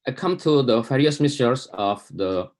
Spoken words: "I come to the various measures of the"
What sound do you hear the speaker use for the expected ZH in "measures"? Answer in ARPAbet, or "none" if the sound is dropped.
S